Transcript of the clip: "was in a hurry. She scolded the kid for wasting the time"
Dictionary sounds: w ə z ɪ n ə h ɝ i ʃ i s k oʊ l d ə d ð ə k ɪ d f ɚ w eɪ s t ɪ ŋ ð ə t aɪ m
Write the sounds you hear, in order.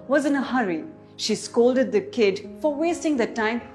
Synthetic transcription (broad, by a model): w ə z ɪ n ə h ɝ i ʃ i s k oʊ l d ə d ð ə k ɪ d f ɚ w eɪ s t ɪ ŋ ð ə t aɪ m